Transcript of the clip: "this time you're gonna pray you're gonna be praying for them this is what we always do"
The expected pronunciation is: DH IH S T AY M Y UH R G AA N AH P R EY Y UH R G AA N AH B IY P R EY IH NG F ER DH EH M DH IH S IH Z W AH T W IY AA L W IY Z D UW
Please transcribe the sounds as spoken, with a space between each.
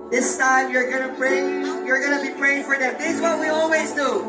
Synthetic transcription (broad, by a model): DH IH S T AY M Y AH R G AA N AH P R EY Y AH R G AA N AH B IY P R EY IH NG F ER DH EH M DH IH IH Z W AH T W IY AA L W IY Z D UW